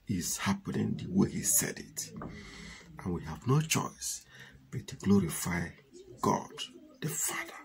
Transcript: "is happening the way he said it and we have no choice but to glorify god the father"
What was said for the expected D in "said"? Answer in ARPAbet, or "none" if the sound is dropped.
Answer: D